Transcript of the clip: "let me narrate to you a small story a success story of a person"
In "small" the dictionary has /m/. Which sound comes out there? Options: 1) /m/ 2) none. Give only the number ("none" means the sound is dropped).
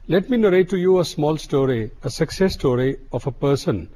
1